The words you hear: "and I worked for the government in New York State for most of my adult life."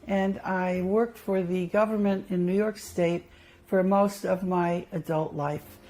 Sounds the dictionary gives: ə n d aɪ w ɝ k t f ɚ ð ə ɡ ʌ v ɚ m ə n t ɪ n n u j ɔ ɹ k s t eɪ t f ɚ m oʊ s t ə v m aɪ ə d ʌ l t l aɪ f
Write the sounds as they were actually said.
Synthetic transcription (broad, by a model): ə n aɪ w ɝ k t f ɚ ð ə ɡ ʌ v ɚ m ə n t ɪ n n u j ɔ ɹ k s t eɪ t f ɚ m oʊ s t ə v m aɪ ə d ʌ l t l aɪ f